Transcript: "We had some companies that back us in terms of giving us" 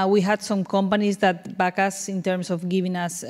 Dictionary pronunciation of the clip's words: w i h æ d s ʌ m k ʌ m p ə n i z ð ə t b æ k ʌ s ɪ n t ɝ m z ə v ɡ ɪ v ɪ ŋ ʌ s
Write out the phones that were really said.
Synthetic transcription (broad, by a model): w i h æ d s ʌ m k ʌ m p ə n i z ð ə t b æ k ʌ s ɪ n t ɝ m s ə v ɡ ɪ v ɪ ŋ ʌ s